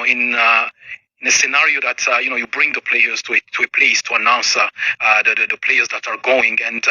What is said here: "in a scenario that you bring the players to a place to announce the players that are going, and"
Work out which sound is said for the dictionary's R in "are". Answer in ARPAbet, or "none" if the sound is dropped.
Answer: R